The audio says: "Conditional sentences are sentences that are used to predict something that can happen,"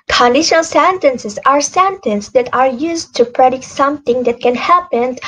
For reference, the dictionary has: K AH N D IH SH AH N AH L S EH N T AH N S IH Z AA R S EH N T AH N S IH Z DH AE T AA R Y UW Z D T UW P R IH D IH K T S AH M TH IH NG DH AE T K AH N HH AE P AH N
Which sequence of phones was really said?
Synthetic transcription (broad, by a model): K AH N D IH SH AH N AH L S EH N T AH N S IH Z AA R S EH N T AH N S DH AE T AA R Y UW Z T UW P R IH D IH K T S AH M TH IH NG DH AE T K AH N HH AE P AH N